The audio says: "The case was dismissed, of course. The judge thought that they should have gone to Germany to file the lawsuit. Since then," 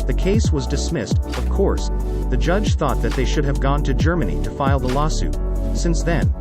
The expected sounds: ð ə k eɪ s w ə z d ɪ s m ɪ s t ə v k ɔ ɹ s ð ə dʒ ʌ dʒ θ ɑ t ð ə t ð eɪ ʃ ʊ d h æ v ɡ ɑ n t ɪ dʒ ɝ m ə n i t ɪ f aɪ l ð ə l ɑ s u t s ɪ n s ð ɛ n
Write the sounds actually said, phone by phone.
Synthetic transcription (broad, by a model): ð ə k eɪ s w ə z d ɪ s m ɪ s t ə v k ɔ ɹ s ð ə dʒ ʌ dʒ θ ɑ t ð ə t ð eɪ ʃ ʊ d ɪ v ɡ ɑ n t ɪ dʒ ɝ m ə n i t ɪ f aɪ l ð ə l ɑ s u t s ɪ n s ð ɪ n